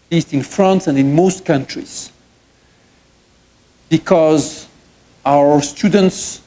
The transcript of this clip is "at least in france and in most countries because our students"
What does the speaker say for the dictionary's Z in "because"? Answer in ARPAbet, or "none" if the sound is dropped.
Z